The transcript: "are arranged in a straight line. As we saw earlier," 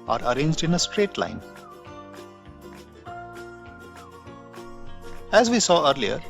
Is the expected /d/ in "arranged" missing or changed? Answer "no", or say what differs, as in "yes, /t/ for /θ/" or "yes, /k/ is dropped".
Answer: no